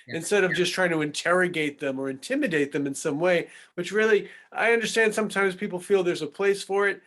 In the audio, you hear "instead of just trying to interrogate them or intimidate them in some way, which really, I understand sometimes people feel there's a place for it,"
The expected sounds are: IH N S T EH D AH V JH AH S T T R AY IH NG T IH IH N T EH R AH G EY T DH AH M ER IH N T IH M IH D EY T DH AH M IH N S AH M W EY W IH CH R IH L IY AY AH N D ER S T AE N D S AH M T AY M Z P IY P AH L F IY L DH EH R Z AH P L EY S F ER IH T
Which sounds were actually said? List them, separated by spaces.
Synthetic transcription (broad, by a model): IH N S T EH D AH V JH AH S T T R AY IH NG T IH IH N T EH R AH G EY T DH AH M ER IH N T IH M IH D EY T DH AH M IH N S AH M W EY W IH CH R IH L IY AY AH N D ER S T AE N D S AH M T AY M Z P IY P L F IY L DH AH R Z AH P L EY S F ER IH T